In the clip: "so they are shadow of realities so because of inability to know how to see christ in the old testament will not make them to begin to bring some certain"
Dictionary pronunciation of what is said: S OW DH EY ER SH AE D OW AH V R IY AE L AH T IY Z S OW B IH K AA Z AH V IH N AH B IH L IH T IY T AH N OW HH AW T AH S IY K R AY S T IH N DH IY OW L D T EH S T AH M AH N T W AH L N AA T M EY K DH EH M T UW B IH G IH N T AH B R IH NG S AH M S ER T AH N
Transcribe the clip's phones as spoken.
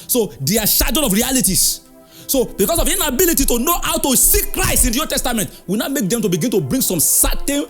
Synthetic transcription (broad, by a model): S OW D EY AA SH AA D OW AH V R IY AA L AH T IY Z S OW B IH K AA S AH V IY N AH B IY L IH T IY T AH N OW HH AW T AH S IY K R AY S T IH N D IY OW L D T EH S T AH M AH N T W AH N AA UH M EY K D EH M T UW B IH G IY N T AH B R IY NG S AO M S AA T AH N